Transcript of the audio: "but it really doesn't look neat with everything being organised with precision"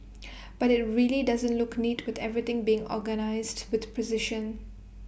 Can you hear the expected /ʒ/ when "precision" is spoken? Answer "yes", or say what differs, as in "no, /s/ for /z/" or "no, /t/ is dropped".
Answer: no, /ʃ/ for /ʒ/